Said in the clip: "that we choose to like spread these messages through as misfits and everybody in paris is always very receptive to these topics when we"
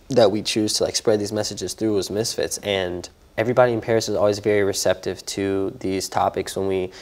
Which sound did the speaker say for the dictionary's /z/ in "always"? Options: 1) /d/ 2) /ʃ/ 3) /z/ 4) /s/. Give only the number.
3